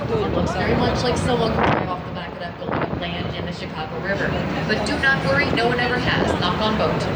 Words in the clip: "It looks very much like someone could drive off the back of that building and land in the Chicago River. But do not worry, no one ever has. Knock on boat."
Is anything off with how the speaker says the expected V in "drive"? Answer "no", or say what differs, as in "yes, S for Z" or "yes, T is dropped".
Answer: yes, V is dropped